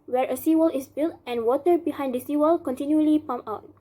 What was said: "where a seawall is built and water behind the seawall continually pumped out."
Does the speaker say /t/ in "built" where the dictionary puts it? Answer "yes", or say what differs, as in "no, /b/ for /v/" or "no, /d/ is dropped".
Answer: yes